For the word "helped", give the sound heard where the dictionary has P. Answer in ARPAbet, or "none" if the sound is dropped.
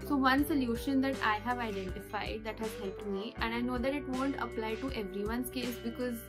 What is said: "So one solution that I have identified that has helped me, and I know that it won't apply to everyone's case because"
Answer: none